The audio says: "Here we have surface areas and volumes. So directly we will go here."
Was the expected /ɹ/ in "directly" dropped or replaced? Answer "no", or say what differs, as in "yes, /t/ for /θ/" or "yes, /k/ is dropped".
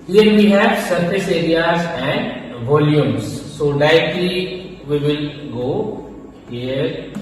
yes, /ɹ/ is dropped